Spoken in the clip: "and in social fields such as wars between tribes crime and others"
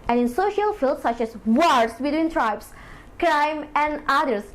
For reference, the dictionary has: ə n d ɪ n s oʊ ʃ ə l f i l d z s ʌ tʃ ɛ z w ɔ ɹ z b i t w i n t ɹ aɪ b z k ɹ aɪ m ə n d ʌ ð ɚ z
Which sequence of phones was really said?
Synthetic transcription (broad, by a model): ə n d ɪ n s oʊ ʃ ə l f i l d s ʌ tʃ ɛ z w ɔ ɹ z b i t w i n t ɹ aɪ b s k ɹ aɪ m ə n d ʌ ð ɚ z